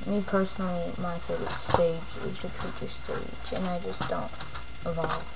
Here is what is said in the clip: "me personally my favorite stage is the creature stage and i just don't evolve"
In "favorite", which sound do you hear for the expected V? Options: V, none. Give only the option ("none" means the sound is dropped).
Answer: none